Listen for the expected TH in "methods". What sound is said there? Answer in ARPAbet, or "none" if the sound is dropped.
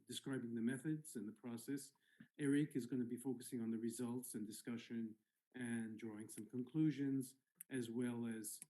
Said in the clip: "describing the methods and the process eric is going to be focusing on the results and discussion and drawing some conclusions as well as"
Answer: TH